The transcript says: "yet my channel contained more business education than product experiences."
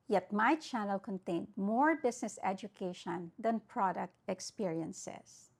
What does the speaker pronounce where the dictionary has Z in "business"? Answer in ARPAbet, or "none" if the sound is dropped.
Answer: S